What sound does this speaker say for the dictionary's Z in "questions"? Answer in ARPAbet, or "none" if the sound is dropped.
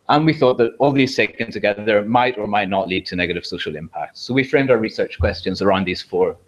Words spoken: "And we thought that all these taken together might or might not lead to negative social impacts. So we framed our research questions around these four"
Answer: Z